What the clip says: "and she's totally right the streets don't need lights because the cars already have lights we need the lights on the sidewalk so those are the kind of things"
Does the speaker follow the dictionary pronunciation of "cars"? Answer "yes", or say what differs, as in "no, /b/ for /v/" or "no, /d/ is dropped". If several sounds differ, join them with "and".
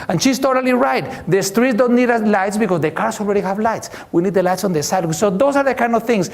no, /s/ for /z/